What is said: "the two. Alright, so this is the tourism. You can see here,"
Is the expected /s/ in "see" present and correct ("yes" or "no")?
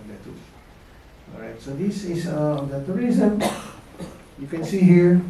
yes